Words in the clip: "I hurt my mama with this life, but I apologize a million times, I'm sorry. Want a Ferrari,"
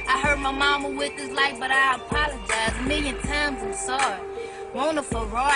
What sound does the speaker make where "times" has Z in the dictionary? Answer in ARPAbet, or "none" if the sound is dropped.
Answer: Z